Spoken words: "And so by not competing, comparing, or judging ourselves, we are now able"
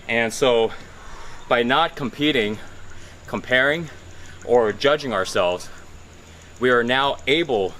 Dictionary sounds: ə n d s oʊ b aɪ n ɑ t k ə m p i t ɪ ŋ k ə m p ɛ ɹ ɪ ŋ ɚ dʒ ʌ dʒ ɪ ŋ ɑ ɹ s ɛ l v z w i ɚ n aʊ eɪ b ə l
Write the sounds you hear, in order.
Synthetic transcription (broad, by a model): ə n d s oʊ b aɪ n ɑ t k ə m p i t ɪ ŋ k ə m p ɛ ɹ ɪ ŋ ɚ dʒ ʌ dʒ ɪ ŋ ɑ ɹ s ɛ l v z w i ɚ n aʊ eɪ b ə l